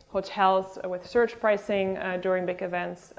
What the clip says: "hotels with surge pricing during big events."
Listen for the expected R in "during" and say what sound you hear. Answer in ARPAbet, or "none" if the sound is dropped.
R